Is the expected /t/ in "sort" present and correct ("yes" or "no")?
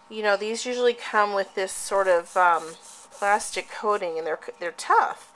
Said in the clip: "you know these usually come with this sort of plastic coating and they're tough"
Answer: yes